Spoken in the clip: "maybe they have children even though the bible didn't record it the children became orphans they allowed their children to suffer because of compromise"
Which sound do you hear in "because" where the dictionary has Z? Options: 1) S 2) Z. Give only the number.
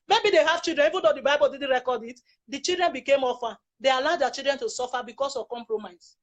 1